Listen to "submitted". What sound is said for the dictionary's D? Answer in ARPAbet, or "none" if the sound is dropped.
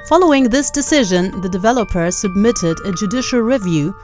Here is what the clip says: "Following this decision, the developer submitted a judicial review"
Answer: D